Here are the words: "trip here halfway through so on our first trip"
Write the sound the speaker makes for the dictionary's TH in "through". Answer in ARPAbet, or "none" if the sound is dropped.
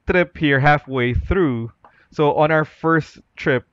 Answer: TH